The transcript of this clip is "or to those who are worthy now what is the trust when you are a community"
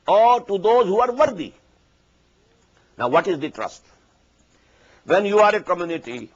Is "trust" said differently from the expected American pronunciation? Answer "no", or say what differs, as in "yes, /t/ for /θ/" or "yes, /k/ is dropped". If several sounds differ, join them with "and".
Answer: no